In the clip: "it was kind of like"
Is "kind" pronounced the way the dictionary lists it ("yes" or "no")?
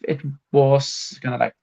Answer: no